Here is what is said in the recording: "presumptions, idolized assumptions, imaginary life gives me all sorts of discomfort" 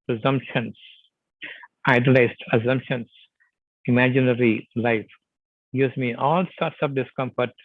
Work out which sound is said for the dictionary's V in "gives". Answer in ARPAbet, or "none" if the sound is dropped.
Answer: none